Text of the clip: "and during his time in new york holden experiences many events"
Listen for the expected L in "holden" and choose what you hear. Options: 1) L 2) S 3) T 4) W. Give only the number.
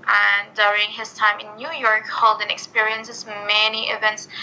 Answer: 1